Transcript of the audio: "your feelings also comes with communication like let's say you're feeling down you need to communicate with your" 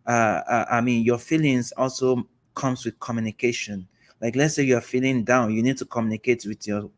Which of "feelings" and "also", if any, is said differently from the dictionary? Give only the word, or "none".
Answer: none